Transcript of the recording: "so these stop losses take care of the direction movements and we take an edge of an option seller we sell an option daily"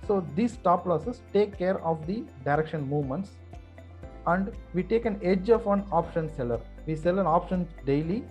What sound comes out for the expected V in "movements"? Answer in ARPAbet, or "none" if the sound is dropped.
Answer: V